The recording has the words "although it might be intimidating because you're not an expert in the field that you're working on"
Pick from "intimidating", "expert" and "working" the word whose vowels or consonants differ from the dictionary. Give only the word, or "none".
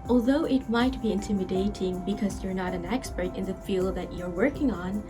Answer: none